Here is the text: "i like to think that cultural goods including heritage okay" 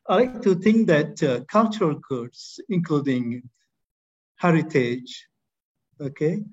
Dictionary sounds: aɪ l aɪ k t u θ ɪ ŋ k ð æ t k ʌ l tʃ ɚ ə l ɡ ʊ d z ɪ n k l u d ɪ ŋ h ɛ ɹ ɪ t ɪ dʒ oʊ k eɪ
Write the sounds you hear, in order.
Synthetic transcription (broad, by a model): aɪ l aɪ k t u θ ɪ ŋ k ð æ t k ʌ l tʃ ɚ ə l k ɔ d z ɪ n k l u d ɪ ŋ h ɛ ɹ ɪ t ɪ dʒ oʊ k eɪ